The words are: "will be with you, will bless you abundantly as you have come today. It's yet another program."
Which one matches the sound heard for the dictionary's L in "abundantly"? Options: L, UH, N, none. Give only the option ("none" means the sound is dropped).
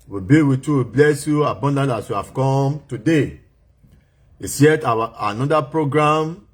none